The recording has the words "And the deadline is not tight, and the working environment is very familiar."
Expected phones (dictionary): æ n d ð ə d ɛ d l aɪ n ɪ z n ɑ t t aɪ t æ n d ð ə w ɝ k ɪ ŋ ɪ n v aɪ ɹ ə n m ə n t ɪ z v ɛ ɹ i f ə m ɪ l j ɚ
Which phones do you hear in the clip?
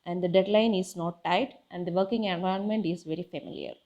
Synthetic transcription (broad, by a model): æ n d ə d ɛ d l aɪ n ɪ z n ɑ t t aɪ t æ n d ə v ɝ k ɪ ŋ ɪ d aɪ ə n m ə n t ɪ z v ɛ ɹ i f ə m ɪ l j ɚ